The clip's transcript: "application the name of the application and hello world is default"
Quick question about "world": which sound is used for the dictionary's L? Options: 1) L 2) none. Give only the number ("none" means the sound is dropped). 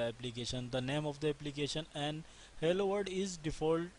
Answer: 2